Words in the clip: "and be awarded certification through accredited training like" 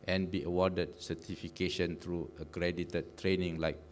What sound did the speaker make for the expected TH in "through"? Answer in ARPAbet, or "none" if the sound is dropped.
T